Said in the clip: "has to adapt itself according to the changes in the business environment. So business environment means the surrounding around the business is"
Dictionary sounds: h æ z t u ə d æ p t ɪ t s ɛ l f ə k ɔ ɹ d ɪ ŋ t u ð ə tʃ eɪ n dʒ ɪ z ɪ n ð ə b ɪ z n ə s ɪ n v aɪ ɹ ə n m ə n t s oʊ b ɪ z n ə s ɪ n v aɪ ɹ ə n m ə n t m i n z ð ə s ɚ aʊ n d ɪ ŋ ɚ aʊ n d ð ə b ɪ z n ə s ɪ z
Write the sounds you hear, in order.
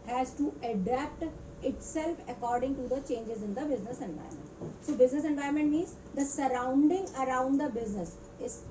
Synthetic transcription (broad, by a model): h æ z t u ə d æ p t ɪ t s ɛ l f ə k ɔ ɹ d ɪ ŋ t u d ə tʃ eɪ n dʒ ɪ z ɪ n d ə b ɪ z n ə s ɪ n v aɪ ə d m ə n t s oʊ b ɪ z n ə s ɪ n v aɪ ə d m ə n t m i z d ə s ɚ aʊ n d ɪ ŋ ɚ aʊ n d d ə b ɪ z n ə s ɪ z